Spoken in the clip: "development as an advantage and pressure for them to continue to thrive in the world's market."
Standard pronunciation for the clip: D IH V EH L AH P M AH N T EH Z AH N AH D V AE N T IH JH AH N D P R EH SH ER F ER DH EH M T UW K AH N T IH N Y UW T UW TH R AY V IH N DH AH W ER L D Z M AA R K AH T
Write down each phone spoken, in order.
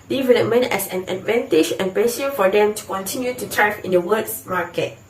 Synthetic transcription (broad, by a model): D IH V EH L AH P M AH N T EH S AH N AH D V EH N T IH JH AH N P EH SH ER F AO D EH M T UW K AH N T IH N Y UW T UW T R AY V IH N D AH W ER D S M AA K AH T